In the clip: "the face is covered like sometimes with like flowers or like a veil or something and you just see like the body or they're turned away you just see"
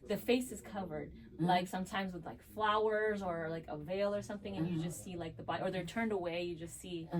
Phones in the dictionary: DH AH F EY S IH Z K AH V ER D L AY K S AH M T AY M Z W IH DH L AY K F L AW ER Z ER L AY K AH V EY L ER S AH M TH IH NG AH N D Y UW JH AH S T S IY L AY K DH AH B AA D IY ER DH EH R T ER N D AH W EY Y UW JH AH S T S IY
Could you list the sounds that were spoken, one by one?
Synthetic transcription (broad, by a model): DH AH F EY S IH Z K AH V ER D L AY K S AH M T AY M Z W IH DH L AY K F L AW ER Z ER L AY K AH V EY L ER S AH M TH IH NG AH N Y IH JH AH S T S IY L AY K DH AH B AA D ER DH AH R T ER N D AH W EY Y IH JH AH S T S IY